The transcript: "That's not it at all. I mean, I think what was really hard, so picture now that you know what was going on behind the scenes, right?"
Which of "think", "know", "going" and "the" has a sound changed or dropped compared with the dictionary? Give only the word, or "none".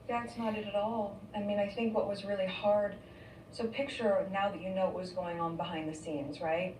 none